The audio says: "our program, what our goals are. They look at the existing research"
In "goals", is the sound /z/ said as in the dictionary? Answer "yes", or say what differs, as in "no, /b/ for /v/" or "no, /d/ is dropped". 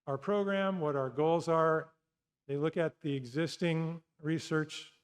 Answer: yes